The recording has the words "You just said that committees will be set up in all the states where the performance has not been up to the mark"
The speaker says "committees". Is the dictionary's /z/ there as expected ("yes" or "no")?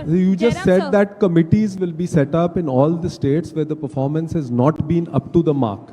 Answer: yes